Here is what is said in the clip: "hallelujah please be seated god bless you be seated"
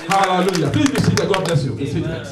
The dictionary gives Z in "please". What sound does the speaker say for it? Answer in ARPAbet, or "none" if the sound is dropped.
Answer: none